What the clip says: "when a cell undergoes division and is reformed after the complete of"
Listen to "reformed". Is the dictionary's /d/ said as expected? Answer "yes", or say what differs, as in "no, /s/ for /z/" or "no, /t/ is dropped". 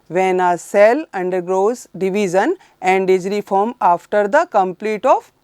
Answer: no, /d/ is dropped